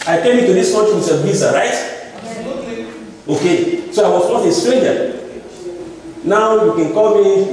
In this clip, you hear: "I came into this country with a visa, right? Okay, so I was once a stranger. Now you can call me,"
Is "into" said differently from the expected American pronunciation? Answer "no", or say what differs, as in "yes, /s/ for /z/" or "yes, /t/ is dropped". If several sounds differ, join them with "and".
yes, /n/ is dropped